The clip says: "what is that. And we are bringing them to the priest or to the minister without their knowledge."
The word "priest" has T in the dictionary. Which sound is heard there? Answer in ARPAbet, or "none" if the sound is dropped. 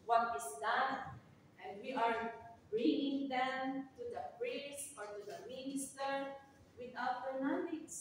none